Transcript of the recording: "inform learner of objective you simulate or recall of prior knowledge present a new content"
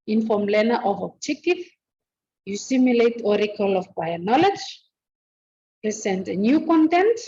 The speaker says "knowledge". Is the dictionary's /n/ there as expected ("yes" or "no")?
yes